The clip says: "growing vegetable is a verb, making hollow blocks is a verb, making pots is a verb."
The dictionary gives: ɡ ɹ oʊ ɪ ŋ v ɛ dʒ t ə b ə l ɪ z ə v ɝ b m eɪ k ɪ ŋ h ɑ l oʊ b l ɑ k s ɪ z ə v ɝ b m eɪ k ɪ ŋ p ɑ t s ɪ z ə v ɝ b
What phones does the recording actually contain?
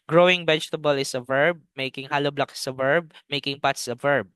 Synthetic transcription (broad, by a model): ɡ ɹ oʊ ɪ ŋ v ɛ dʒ t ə b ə l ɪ s ə v ɝ b m eɪ k ɪ ŋ h ɑ l oʊ b l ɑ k ɪ s ə v ɝ b m eɪ k ɪ ŋ p ɑ t s ə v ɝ b